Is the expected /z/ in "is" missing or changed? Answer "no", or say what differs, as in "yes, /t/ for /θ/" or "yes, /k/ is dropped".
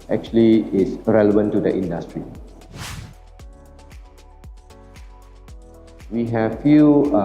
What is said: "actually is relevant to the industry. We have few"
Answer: yes, /s/ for /z/